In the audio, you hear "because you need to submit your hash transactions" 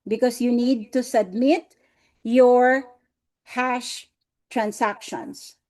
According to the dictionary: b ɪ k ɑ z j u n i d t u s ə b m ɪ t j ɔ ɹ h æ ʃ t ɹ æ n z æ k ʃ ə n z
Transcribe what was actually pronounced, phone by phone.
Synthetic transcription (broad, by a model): b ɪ k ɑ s j u n i d t u s ə b m ɪ t j ɔ ɹ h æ ʃ t ɹ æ n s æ k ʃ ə n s